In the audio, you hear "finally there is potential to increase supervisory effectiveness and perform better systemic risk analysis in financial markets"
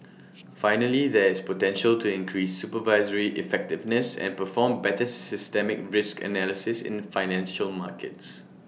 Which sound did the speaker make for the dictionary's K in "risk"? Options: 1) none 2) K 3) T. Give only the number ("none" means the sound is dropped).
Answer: 2